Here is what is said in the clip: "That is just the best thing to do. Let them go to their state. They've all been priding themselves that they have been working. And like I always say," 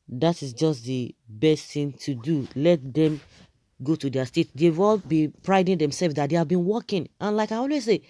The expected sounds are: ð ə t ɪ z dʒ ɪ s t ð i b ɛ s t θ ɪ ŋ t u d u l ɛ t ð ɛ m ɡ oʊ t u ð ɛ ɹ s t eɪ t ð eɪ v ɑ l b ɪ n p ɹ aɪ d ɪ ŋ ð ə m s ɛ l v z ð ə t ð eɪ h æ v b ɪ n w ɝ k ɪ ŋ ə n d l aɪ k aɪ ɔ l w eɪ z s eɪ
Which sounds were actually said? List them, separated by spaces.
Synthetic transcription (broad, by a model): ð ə t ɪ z dʒ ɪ s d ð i b ɛ s t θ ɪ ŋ t u d u l ɛ t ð ɛ m ɡ oʊ t u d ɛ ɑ s t eɪ t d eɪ w ɑ l b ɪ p ɹ aɪ d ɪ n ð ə m s ɛ l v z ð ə t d eɪ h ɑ v b ɪ n w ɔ k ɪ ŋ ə n l aɪ k aɪ ɔ l w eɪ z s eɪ